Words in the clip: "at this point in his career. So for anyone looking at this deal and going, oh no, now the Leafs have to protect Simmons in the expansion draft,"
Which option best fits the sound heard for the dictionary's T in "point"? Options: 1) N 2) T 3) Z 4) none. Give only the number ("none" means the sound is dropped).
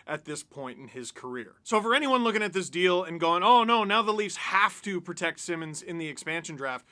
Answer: 2